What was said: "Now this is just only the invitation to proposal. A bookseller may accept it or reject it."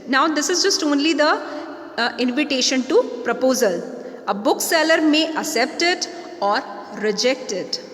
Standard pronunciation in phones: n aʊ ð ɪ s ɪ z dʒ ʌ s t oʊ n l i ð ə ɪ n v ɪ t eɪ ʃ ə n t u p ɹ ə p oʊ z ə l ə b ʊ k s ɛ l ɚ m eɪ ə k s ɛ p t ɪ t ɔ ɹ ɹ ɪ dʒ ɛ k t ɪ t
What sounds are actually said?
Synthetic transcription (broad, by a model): n aʊ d ɪ s ɪ z dʒ ʌ s t oʊ n l i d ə ɪ n v ɪ t eɪ ʃ ə n t u p ɹ ə p oʊ z ə l ə b ʊ k s ɛ l ɚ m eɪ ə s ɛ p t ɪ t ɔ ɹ ɹ ɪ dʒ ɛ k t ɪ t